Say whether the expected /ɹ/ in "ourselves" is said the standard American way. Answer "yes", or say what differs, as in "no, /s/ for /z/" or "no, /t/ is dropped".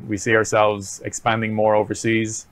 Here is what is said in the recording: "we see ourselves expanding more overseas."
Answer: yes